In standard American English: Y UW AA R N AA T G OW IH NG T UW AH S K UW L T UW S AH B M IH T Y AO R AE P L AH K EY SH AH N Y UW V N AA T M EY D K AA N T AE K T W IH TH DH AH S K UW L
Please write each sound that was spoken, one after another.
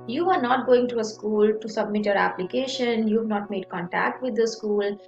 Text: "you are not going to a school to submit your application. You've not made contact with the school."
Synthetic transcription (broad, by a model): Y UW AA R N AA T G OW IH NG T UW AH S K UW L T UW S AH B M IH T Y AO R AE P L AH K EY SH AH N Y UW V N AA T M EY D K AA N T AE K T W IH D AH S K UW L